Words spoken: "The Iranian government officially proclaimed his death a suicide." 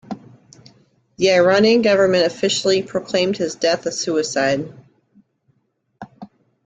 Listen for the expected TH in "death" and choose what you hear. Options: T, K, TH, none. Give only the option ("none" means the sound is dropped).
TH